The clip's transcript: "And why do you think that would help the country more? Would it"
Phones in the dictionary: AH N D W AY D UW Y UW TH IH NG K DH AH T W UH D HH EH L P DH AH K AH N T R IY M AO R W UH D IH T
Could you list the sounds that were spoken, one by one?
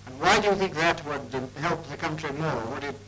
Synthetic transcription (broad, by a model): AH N W AY D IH Y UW TH IH NG K DH AH T W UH D HH EH L P DH AH K AH N T R IY M AO R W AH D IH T